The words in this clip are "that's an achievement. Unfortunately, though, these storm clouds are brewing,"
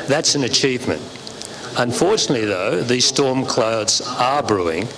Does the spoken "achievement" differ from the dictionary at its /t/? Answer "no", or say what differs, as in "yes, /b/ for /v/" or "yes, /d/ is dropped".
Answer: no